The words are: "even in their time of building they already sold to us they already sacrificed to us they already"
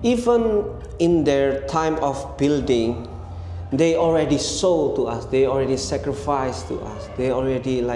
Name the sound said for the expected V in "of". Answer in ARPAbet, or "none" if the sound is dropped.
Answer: F